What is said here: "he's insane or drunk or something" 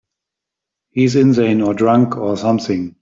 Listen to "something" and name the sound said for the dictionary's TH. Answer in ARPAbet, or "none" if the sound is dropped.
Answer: TH